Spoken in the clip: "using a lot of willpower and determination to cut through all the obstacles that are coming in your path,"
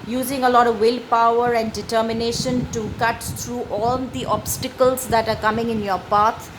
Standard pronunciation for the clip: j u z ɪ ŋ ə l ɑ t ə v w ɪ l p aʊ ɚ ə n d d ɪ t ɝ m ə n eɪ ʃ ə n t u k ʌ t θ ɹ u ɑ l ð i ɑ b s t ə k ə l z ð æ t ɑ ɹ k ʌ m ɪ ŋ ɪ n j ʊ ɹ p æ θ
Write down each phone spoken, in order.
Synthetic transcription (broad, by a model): j u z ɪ ŋ ə l ɑ t ə v w ɪ l p aʊ ɚ ə n d d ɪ t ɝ m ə n eɪ ʃ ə n t u k ʌ t t ɹ u ɑ l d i ɑ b s t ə k ə l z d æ t ɑ ɹ k ʌ m ɪ ŋ ɪ n j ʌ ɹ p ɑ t